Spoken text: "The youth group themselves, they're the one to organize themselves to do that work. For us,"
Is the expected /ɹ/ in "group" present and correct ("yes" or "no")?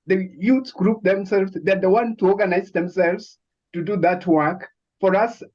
yes